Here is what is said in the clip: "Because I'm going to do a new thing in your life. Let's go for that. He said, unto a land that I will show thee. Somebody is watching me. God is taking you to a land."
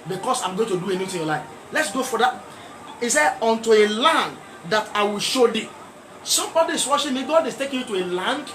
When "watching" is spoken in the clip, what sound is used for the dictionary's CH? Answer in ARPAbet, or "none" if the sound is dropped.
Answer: SH